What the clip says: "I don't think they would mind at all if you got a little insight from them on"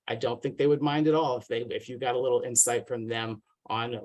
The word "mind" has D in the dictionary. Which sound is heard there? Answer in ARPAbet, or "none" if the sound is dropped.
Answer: D